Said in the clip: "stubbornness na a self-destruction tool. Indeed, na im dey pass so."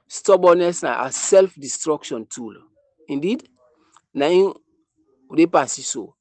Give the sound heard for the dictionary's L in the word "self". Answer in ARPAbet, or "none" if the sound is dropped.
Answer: L